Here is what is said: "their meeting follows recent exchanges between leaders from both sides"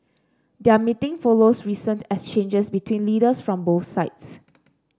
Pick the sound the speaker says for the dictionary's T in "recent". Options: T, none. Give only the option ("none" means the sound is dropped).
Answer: T